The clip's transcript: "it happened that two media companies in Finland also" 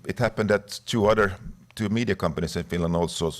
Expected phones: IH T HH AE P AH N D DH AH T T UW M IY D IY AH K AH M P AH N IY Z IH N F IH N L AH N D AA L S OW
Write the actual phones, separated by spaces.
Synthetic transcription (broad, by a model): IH T HH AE P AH N D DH AH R T UW M IY D IY AH K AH M P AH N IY S IH N F IH N L AH N D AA L S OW